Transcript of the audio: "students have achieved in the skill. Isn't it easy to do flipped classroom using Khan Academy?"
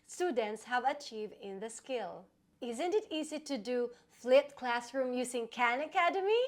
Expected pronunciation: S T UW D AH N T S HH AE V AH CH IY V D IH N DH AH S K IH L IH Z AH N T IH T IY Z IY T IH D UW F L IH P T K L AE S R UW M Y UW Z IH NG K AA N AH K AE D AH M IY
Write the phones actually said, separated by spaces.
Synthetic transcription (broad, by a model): S T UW D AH N T S HH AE V AH CH IY V D IH N DH AH S K IH L IH Z AH N T IH T IY Z IY T IH D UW F L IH T K L AE S R UW M Y UW Z IH NG K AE N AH K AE D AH M IY